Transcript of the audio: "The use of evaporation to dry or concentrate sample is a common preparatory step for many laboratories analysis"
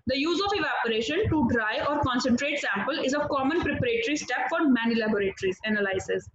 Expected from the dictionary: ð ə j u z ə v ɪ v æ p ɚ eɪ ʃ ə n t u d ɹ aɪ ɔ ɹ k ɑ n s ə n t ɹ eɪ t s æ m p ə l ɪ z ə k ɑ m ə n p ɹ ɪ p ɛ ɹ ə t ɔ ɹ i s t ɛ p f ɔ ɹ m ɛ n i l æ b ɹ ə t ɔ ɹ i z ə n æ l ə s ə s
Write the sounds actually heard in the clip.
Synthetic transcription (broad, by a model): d ə j u z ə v ɪ v æ p ɚ eɪ ʃ ə n t u d ɹ aɪ ɔ ɹ k ɑ n s ə n t ɹ eɪ t s æ m p ə l ɪ z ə k ɑ m ə n p ɹ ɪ p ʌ ɹ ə t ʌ ɹ i s t ɛ p f ɔ ɹ m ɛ n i l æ b ɹ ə t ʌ ɹ i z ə n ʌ l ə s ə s